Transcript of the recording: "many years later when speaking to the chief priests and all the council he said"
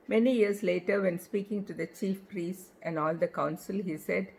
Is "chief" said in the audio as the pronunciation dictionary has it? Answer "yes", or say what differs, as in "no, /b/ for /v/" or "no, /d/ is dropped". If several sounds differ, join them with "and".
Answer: yes